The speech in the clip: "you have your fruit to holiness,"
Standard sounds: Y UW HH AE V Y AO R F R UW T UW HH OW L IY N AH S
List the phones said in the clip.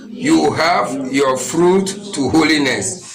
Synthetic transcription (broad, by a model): Y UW HH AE V Y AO F R UW T UW HH OW L IY N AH S